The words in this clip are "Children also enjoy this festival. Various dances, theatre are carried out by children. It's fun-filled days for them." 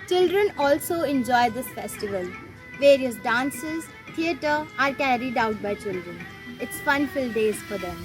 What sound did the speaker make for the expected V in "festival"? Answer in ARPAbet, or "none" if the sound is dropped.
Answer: V